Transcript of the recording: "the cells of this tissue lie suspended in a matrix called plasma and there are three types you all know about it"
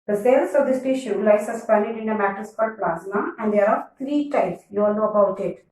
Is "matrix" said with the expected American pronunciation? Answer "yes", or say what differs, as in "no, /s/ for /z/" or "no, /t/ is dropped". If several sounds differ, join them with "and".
no, /ɹ/ is dropped